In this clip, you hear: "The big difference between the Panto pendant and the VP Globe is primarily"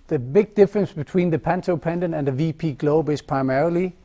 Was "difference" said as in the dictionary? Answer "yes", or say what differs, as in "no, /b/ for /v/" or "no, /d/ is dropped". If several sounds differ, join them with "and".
yes